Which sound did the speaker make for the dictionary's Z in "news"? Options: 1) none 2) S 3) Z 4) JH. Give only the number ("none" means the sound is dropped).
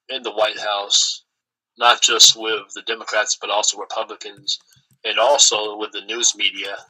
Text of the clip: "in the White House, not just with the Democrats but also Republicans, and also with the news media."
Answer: 3